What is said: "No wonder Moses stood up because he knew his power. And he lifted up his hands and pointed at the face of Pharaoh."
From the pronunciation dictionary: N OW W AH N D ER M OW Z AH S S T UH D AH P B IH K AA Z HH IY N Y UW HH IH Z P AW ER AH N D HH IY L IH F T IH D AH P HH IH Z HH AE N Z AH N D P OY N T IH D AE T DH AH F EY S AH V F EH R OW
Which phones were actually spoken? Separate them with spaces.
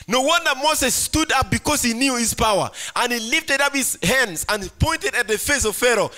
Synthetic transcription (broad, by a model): N OW W AH N D ER M OW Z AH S S T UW D AH P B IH K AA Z HH IY N Y UW HH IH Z P AW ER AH N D HH IY L IH F T IH D AH P HH IH Z HH AE N Z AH N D P OY N T IH D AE T DH AH F EY S AH V F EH R OW